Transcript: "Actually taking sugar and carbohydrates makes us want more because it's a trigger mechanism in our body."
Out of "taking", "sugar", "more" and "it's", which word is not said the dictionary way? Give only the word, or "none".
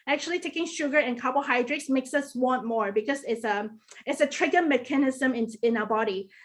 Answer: none